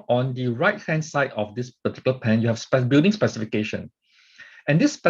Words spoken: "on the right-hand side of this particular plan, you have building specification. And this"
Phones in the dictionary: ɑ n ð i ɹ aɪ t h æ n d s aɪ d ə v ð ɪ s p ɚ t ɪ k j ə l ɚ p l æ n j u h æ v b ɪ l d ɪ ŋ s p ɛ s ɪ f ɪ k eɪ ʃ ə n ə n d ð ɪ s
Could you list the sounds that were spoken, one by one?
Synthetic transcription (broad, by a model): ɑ n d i ɹ aɪ t h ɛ n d s aɪ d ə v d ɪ s p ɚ t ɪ k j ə l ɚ p æ n j u h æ p b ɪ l d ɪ ŋ s p ɛ s ɪ f ɪ k eɪ ʃ ə n ə n d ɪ s